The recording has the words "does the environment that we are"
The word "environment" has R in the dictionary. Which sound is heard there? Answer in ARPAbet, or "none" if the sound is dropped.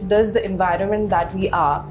R